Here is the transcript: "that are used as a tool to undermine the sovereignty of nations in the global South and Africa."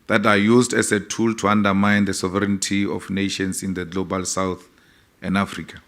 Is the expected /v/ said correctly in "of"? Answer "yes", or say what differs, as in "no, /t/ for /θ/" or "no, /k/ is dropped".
no, /f/ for /v/